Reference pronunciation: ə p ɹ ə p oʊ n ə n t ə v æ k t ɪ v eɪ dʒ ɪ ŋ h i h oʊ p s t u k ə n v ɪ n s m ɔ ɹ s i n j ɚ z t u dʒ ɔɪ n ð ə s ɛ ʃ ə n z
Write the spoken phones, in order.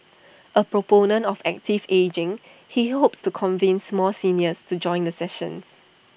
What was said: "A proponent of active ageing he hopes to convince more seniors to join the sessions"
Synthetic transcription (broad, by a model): ə p ɹ ə p oʊ n ə n t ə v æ k t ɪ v eɪ dʒ ɪ ŋ h i h oʊ p s t u k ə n v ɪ n s m ɔ l s i n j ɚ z t u dʒ ɔɪ n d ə s ɛ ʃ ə n s